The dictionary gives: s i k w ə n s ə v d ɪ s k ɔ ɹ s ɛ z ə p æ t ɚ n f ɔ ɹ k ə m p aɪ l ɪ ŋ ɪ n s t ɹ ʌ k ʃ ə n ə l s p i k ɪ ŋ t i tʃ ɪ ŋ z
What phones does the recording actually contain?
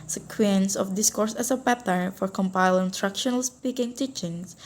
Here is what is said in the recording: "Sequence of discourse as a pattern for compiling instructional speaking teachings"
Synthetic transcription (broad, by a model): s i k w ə n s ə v d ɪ s k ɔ ɹ s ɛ s ə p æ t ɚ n f ɔ ɹ k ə m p aɪ l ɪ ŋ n t ɹ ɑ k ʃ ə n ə l s p i k ɪ ŋ t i tʃ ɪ ŋ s